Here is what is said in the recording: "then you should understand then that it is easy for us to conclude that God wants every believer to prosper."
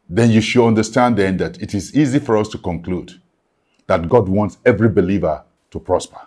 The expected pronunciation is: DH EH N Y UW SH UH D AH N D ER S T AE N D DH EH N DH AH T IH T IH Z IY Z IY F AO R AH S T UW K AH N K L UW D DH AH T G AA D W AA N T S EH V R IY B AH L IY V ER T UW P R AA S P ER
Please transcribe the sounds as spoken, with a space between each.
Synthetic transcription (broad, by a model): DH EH N Y UW SH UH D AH N D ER S T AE N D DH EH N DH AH T IH T IH Z IY Z IY F AO R AH S T UW K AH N K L UW D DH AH T G AA D W AA N T S EH V R IY B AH L IY V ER T UW P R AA S P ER